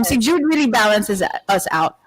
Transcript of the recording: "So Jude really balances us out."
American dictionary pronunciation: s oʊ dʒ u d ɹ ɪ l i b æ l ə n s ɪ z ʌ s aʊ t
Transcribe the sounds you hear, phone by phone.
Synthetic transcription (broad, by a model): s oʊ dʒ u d ɹ ɪ l i b æ l ə n s ɪ z ʌ s aʊ t